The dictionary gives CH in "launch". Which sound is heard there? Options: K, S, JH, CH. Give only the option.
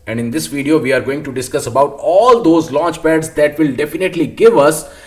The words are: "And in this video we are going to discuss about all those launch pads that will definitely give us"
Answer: CH